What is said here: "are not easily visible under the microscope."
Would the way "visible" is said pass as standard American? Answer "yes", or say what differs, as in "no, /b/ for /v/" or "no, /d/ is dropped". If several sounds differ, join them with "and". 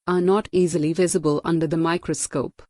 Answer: yes